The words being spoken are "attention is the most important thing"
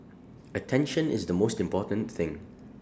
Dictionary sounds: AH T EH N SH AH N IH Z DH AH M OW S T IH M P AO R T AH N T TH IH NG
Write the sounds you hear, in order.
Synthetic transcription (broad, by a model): AH T EH N SH AH N IH Z DH AH M OW S T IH M P AO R T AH N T TH IH NG